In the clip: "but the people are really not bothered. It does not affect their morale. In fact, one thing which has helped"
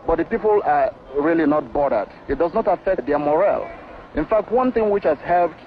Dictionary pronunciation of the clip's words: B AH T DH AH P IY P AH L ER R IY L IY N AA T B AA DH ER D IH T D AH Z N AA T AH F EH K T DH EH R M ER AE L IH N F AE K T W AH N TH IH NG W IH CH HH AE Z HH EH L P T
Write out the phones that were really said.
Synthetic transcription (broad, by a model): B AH T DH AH P IY P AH L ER R IY L IY N AA T B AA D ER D IH T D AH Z N AA T AH F EH K T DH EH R M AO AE L IH N F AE K T W AH N TH IH NG W IH CH HH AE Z HH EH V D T